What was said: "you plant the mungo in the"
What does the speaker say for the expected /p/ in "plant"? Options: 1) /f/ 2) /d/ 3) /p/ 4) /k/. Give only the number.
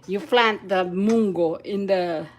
1